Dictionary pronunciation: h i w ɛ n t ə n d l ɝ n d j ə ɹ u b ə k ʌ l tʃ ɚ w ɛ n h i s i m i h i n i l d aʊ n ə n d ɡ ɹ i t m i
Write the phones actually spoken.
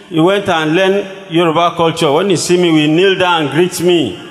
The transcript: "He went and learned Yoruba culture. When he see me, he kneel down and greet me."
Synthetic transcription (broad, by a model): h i w ɛ n t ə n l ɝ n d j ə ɹ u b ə k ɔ l tʃ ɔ w ɛ n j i s i m i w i n i l d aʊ ə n ɡ ɹ i t m i